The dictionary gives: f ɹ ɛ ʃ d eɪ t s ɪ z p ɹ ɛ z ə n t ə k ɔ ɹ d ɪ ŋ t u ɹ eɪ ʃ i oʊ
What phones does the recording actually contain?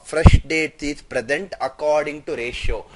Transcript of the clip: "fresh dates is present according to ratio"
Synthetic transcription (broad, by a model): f ɹ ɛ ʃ d eɪ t ɪ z p ɹ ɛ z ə n t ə k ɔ ɹ d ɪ ŋ t u ɹ eɪ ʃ oʊ